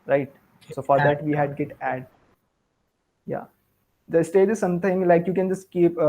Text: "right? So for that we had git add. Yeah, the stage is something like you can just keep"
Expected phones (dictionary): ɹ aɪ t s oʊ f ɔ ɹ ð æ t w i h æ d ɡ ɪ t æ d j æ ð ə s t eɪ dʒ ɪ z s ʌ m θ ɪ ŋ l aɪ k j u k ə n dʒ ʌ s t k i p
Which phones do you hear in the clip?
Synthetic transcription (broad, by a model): ɹ aɪ t s oʊ f ɔ ɹ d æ t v i h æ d ɡ ɪ t æ d j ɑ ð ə s t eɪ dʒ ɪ s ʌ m t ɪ ŋ l aɪ k j u k ə n dʒ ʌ s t k i p